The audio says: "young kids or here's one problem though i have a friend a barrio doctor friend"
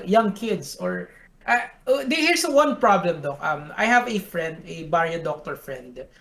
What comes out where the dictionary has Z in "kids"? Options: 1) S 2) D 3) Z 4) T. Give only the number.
1